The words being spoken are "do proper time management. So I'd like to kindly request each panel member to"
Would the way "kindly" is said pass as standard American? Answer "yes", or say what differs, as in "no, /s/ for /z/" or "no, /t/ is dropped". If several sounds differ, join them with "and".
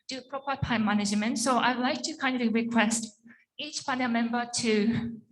no, /l/ is dropped